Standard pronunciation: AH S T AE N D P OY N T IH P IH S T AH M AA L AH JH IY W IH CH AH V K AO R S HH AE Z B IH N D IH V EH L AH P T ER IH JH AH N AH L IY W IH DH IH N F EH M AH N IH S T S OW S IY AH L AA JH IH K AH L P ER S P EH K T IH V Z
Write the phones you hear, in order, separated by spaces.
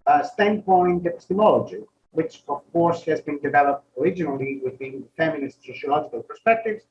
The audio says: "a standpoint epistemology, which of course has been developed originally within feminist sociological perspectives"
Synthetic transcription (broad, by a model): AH S T AE N D P OY N T IH P IH S T AH M AA L AH JH IY W IH CH AH V K AO R S HH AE Z B IH N D IH V EH L AH P T ER IH JH AH N AH L IY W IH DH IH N F EH M AH N IH S T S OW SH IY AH L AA JH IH K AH L P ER S P EH K T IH V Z